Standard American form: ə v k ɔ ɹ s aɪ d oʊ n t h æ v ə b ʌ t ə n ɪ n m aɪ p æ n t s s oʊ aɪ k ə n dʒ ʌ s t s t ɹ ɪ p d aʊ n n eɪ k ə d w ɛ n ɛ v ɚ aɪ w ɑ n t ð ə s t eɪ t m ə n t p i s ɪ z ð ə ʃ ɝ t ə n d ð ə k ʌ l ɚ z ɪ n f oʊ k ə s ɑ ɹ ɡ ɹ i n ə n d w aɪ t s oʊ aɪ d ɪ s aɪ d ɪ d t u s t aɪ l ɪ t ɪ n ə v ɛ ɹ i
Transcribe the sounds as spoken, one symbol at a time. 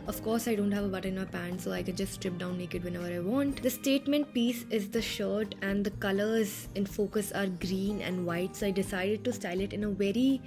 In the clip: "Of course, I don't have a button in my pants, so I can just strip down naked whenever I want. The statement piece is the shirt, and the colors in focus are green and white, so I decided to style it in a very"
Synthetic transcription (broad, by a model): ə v k ɔ ɹ s aɪ d oʊ n t h æ v ə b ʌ t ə ɪ n m aɪ p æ n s s oʊ aɪ k ə n dʒ ʌ s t s t ɹ ɪ p d aʊ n n eɪ k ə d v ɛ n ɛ v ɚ aɪ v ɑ n t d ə s t eɪ t m ə n t p i s ɪ z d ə ʃ ɝ t ə n d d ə k ʌ l ɚ z ɪ n f oʊ k ə s ɑ ɹ ɡ ɹ i n ə n d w aɪ t s oʊ aɪ d ɪ s aɪ d ɪ d t u s t aɪ l ɪ t ɪ n ə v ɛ ɹ i